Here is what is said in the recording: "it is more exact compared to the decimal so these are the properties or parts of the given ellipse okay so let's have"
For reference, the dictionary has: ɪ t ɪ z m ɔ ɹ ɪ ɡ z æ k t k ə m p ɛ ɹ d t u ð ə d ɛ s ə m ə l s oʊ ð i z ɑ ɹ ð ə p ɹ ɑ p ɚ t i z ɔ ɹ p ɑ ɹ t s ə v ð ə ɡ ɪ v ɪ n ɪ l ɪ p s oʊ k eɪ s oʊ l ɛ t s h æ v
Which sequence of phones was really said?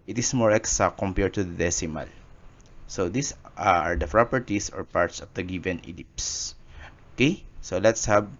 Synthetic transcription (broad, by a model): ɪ t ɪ s m ɔ ɹ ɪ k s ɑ k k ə m p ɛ ɹ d t u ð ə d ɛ s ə m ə l s oʊ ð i s ɑ ɹ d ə p ɹ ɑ p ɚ t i s ɔ ɹ p ɑ ɹ t s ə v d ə ɡ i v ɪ n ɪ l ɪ p s oʊ k eɪ s oʊ l ɛ t s h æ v